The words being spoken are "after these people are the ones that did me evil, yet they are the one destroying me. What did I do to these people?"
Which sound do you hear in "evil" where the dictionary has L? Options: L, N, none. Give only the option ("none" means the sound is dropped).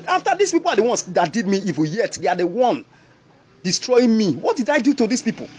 N